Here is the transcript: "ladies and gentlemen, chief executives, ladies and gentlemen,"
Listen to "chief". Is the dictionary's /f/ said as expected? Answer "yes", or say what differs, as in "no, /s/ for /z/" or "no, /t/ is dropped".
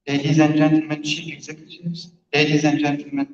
no, /p/ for /f/